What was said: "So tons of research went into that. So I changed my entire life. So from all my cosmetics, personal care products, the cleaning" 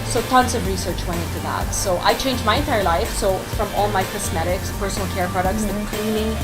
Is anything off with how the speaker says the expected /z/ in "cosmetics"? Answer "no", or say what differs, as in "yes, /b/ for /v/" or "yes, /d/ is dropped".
yes, /s/ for /z/